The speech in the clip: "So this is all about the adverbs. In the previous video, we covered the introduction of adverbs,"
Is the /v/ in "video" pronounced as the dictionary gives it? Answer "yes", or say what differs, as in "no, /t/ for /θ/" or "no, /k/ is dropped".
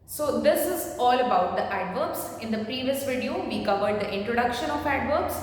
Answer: yes